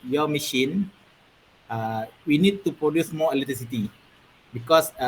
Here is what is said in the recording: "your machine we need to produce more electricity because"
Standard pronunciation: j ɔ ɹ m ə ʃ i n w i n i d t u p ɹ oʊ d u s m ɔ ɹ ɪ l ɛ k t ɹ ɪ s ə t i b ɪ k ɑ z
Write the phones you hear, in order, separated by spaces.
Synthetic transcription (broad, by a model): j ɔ m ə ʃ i n w i n i d t u p ɹ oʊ d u s m ɔ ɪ l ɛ t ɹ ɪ s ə t i b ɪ k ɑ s